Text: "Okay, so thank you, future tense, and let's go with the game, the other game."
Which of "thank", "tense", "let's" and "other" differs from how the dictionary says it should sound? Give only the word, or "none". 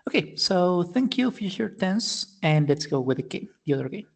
none